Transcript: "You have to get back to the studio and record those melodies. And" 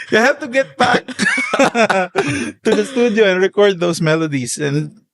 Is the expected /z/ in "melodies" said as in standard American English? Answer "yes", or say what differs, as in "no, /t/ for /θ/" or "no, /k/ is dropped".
no, /s/ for /z/